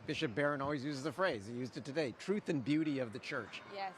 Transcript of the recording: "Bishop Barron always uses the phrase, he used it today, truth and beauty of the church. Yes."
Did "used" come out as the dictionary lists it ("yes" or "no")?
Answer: yes